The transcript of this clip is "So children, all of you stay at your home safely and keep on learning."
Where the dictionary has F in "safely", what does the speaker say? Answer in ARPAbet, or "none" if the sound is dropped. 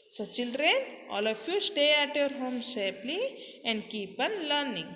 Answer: P